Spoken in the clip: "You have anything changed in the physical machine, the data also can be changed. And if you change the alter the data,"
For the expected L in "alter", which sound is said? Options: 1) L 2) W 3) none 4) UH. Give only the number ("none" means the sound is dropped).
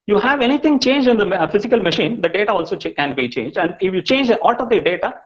3